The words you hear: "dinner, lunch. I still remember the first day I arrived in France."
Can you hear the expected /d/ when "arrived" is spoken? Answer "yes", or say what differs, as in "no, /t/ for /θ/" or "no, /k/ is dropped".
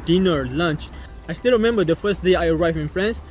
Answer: no, /d/ is dropped